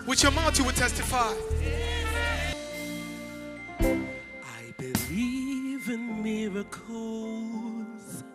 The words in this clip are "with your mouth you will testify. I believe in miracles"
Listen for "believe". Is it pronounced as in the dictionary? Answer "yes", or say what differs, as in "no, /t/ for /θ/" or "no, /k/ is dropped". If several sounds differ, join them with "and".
yes